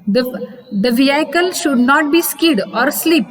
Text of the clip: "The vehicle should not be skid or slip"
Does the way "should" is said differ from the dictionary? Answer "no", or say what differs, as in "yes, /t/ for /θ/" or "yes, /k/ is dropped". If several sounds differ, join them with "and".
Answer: no